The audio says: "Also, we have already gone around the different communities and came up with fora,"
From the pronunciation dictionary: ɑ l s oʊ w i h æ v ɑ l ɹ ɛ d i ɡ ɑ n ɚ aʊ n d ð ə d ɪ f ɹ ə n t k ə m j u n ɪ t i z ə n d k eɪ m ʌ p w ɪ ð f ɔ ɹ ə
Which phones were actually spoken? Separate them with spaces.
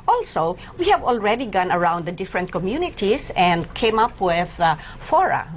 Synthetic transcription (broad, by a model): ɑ l s oʊ w i h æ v ɑ l ɹ ɛ d i ɡ ɑ n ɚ aʊ n d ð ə d ɪ f ɹ ə n t k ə m j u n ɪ t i s ə n d k eɪ m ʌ p w ɪ ð f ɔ ɹ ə